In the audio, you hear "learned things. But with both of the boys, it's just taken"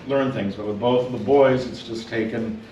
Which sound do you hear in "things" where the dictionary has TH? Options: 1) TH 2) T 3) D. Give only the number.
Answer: 1